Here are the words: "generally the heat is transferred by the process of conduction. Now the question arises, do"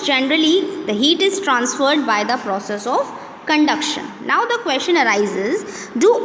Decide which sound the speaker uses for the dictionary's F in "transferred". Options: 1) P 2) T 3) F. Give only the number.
3